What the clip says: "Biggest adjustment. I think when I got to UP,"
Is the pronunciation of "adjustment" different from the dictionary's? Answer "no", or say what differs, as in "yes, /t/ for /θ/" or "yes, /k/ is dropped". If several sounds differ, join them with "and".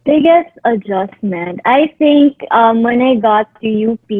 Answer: no